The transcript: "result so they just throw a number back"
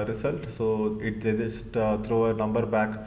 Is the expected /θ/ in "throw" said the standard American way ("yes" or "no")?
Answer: no